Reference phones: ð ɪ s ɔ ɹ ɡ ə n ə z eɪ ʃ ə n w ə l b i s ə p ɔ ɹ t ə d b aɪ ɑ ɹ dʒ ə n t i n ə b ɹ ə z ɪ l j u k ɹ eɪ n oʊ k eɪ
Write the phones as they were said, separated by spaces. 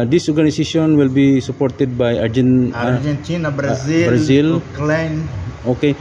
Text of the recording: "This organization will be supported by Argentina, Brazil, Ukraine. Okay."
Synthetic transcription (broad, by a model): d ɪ s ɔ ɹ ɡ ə n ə s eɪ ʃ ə n w ə l b i s ə p ɔ ɹ t ə d b aɪ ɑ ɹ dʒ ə n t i n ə b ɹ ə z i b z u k l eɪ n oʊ k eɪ